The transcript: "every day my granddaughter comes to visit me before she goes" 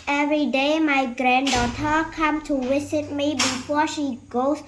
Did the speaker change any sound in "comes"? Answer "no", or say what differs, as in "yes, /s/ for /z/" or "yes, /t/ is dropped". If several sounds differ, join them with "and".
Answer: yes, /z/ is dropped